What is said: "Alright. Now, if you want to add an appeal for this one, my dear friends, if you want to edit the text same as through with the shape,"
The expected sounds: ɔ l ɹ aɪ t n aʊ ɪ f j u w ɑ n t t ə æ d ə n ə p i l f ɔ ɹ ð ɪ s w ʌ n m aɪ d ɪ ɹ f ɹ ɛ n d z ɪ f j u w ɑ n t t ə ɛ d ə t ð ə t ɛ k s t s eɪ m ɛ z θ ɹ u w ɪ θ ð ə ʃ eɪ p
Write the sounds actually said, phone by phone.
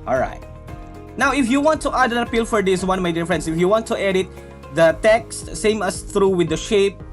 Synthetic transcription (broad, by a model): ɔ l ɹ aɪ t n aʊ ɪ f j u w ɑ n t t ə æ d ə n ə p i l f ɔ ɹ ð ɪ s w ʌ n m aɪ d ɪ ɹ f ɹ ɛ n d s ɪ f j u w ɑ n t t ɛ d ə t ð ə t ɛ k s t s eɪ m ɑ s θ ɹ u w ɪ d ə ʃ eɪ p